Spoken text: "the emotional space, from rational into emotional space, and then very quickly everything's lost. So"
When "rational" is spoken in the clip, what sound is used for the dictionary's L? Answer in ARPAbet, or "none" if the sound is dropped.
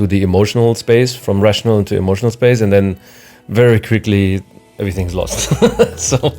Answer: L